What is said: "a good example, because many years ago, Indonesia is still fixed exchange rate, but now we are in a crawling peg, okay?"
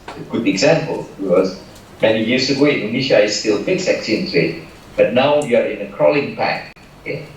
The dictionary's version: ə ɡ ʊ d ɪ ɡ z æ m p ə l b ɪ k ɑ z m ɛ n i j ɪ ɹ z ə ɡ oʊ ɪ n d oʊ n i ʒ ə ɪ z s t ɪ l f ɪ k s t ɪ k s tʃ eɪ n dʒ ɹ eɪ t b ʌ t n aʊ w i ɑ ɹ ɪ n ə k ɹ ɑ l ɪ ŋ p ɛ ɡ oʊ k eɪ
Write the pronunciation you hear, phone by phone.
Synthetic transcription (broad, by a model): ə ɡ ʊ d ɪ ɡ z æ m p ə l b ɪ k ɑ z m ɛ n i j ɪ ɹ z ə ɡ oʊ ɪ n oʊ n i ʃ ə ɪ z s t ɪ l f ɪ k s ɪ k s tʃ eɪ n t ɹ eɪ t b ʌ t n aʊ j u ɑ ɹ ɪ n ə k ɹ ɑ l ɪ ŋ p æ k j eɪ